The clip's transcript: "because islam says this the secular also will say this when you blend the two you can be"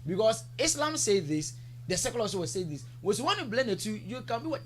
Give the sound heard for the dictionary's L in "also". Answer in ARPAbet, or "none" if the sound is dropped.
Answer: none